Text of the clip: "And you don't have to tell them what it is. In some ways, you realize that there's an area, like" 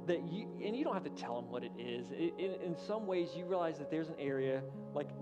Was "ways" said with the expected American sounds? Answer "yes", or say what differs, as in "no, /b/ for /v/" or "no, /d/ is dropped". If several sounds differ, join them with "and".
yes